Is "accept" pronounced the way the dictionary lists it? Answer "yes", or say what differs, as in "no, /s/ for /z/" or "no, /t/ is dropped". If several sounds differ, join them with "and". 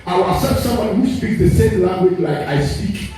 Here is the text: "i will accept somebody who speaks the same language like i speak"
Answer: no, /k/ is dropped and /p/ is dropped